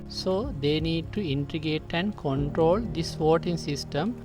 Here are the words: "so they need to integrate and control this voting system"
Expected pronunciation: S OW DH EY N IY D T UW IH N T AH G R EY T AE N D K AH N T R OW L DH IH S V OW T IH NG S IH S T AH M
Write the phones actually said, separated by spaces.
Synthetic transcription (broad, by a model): S OW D EY N IY D T UW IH N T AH G EY T AE N D K AH N T R OW L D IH S V OW T IH NG S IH S T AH M